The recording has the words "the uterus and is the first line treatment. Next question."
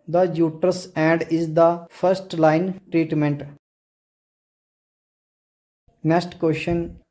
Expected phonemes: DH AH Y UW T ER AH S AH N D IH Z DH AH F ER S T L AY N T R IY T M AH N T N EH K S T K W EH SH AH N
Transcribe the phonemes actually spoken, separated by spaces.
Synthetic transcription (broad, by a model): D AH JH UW T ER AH S AH N D IH Z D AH F ER S T L AY N T R IY T M AH N T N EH S T K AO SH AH N